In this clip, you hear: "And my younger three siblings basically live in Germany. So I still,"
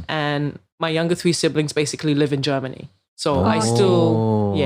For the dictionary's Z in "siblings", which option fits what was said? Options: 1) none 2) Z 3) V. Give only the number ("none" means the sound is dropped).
2